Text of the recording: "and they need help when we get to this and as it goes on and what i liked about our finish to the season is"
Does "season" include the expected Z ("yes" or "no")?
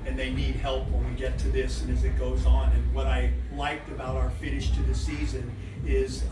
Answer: yes